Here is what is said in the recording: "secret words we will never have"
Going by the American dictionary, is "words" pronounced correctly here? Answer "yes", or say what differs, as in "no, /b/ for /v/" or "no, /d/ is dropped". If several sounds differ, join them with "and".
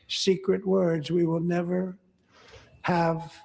yes